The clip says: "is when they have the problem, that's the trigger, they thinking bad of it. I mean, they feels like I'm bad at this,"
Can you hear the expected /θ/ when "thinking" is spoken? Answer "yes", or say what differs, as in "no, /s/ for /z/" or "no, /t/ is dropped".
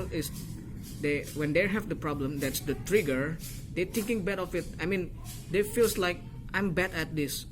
no, /t/ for /θ/